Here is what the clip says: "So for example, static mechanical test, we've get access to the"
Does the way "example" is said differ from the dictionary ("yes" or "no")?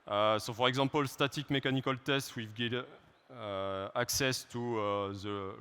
yes